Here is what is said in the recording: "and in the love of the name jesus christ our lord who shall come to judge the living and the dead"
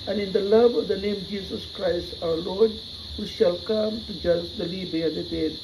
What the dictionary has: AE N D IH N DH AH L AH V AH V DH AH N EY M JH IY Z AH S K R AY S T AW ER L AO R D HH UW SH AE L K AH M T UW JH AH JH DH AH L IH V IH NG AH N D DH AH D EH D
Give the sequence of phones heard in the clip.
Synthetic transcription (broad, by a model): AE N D IH N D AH L AH V AH V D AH N EY M JH IY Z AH S K R AY S T AW ER L AO R D HH UW SH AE L K AH M T UW JH AH JH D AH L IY B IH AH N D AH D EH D